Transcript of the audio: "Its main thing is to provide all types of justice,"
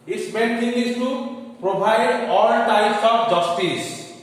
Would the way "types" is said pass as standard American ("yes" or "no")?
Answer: no